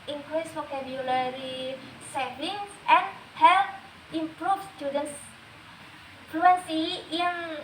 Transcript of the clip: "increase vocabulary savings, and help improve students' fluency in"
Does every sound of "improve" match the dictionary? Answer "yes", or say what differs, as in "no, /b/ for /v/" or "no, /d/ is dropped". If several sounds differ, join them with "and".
no, /f/ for /v/